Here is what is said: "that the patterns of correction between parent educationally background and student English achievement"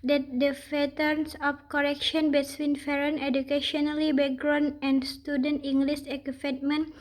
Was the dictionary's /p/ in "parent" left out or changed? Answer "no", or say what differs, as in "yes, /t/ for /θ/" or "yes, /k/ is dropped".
yes, /f/ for /p/